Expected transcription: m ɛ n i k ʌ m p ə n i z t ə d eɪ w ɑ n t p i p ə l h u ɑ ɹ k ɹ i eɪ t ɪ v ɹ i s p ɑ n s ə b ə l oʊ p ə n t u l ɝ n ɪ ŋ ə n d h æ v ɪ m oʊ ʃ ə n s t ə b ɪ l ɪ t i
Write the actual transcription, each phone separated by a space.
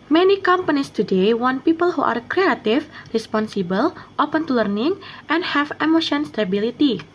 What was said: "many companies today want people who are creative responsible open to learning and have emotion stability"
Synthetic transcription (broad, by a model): m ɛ n i k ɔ m p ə n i s t ə d eɪ w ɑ n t p i p ə l h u ɑ ɹ k ɹ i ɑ t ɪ f ɹ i s p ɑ n s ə b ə l oʊ p ə n t u l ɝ n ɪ ŋ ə n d h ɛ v ɪ m oʊ ʃ ə n s t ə b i l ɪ t i